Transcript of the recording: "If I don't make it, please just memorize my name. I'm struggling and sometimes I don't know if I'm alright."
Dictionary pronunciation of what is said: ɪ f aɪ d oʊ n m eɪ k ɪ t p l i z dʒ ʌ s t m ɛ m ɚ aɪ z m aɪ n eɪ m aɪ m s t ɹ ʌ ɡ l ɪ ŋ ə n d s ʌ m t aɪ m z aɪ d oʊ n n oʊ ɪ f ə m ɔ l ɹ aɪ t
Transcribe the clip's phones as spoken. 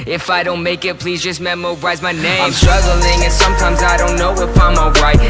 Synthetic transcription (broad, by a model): ɪ f aɪ d oʊ n m eɪ k ɪ t p l i z dʒ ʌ s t m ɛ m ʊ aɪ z m aɪ n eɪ aɪ m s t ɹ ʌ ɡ l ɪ ŋ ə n s ʌ m t aɪ m z aɪ d oʊ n n oʊ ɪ p ə m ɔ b ɹ aɪ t